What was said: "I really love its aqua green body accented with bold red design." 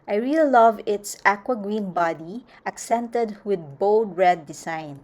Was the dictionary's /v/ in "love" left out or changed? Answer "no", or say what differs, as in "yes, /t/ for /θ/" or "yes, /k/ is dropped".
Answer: no